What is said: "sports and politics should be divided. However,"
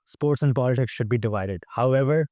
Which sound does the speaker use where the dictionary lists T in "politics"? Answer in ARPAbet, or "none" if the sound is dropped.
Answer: T